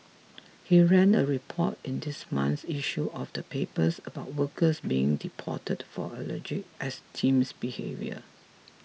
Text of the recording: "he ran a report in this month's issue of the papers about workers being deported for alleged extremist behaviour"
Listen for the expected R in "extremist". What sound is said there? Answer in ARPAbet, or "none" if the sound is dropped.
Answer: none